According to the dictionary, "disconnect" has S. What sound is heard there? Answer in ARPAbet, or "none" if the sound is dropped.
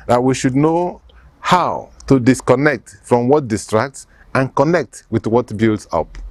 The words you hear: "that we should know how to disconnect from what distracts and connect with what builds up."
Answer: S